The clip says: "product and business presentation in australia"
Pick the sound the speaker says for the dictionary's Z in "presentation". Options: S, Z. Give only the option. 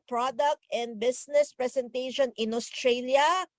S